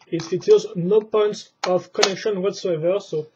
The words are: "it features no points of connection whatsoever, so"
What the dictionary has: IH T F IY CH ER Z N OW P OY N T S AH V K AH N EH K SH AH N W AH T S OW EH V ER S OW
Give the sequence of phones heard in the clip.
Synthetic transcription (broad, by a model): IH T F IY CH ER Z N OW P OY N T S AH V K AH N EH K SH AH N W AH T S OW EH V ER S OW